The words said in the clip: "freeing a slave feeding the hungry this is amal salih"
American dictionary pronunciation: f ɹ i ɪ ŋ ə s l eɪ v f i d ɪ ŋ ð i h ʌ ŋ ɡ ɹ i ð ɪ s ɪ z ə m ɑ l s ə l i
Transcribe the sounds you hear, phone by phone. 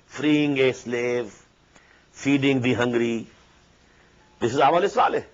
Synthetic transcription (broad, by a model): f ɹ i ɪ ŋ ə s l eɪ v f i d ɪ ŋ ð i h ʌ ŋ ɡ ɹ i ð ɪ s ɪ z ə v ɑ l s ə l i